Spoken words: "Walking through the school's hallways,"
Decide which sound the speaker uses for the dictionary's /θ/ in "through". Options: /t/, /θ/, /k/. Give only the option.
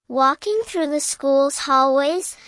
/θ/